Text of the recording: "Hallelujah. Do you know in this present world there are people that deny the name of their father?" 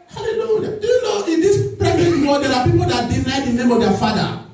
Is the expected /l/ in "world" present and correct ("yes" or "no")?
no